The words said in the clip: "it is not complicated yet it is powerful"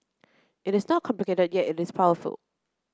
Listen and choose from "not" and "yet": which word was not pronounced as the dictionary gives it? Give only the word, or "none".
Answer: none